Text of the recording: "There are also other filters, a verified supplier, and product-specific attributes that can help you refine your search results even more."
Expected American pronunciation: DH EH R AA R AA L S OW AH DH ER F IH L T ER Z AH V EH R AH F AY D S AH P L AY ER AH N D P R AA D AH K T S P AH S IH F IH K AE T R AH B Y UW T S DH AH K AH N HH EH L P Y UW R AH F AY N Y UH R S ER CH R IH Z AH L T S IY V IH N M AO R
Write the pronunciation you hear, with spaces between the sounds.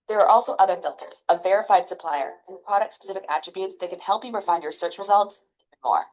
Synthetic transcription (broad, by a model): DH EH R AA R AA L S OW AH DH ER F IH L T ER Z AH V EH R AH F AY D S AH P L AY ER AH P R AA D AH K T S P AH S IH F IH K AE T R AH B Y UW T S DH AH K N HH EH L P Y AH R F AY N Y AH R S ER CH R IH Z AH L T S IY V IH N M AO R